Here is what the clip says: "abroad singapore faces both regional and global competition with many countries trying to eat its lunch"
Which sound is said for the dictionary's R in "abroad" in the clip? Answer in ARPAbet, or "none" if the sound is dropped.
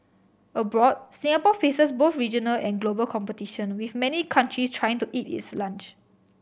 R